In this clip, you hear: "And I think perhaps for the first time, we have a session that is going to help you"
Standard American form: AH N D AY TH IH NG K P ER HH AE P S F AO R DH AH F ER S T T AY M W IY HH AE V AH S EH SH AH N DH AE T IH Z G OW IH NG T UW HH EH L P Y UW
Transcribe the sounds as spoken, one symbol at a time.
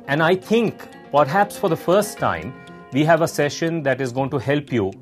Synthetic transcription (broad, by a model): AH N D AY T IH NG K P ER HH AE P S F AO R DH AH F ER S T T AY M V IY HH AE V AH S EH SH AH N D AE T IH Z G OW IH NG T UW HH EH L P Y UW